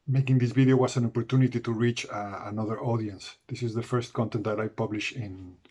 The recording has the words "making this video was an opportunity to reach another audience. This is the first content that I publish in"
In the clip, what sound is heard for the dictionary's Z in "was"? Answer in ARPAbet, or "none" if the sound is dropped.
S